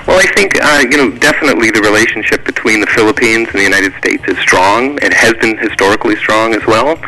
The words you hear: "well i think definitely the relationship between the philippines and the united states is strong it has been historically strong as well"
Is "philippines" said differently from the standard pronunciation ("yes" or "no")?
no